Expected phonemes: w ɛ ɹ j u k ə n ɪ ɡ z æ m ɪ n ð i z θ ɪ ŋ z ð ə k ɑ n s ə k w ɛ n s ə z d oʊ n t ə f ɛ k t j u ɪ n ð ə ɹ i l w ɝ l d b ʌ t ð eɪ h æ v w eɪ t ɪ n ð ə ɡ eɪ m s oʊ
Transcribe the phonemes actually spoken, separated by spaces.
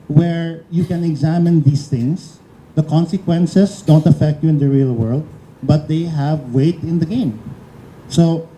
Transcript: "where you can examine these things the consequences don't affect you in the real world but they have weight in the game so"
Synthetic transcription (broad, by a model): w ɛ ɹ j u k ə n ɪ ɡ z æ m ɪ n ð i s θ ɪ ŋ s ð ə k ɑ n s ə k w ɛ n s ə s d oʊ n t ə f ɛ k t j u ɪ n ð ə ɹ i l w ɝ l d b ʌ t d eɪ h æ v w eɪ t ɪ n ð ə ɡ eɪ m s oʊ